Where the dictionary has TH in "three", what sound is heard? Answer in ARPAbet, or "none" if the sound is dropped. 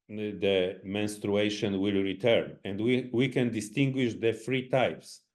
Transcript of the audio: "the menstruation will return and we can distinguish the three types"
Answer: F